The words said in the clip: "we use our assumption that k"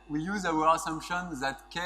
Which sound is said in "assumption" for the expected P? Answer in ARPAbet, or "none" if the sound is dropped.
P